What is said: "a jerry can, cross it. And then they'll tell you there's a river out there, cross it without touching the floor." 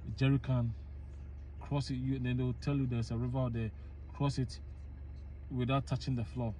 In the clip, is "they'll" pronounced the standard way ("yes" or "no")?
no